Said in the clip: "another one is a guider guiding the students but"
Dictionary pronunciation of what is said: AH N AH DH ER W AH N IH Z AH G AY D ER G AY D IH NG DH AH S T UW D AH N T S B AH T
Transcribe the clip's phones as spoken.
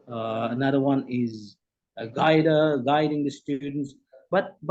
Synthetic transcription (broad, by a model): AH N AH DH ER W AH N IH Z AH G AY D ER G AY D IH NG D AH S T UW D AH N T S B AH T